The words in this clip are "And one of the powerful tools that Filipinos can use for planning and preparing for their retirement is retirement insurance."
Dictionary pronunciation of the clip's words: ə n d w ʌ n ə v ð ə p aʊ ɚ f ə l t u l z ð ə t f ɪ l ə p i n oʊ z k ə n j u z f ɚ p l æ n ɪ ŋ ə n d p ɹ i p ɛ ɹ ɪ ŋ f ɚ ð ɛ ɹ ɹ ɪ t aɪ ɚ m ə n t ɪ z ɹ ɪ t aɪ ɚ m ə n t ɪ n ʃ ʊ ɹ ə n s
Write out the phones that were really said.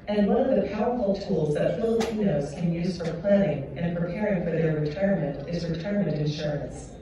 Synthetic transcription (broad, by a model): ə n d w ʌ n ə v ð ə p aʊ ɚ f l t u l z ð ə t f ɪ l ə p i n oʊ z k ə n j u z f ɚ p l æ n ɪ ŋ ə n p ɹ i p ɛ ɹ ɪ ŋ f ɚ ð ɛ ɹ ɹ ɪ t aɪ ɚ m ə n t ɪ z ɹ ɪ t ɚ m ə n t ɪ n ʃ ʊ ɹ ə n s